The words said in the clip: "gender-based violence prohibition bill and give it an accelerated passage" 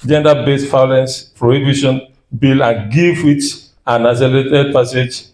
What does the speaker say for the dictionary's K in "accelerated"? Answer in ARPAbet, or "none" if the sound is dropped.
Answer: none